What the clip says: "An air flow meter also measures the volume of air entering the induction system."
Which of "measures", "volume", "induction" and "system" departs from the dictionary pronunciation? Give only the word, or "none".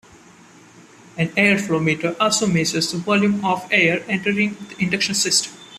measures